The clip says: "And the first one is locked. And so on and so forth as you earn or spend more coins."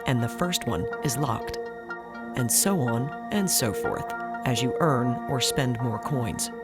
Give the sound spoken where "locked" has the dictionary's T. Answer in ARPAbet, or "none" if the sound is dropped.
T